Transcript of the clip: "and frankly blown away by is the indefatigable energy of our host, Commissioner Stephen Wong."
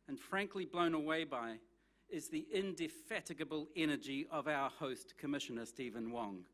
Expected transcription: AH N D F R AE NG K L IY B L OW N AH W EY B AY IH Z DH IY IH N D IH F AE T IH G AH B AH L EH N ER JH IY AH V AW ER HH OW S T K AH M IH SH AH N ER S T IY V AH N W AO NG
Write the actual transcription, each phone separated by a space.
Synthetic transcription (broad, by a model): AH N F R AE NG K L IY B L OW N AH W EY B AY IH Z DH IY IH N D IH F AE T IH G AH B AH L EH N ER JH IY AH V AW ER HH OW S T K AH M IH SH AH N ER S T IY V AH N W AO NG